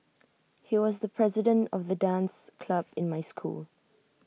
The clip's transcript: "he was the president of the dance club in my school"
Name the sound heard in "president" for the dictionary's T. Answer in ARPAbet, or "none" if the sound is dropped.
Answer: T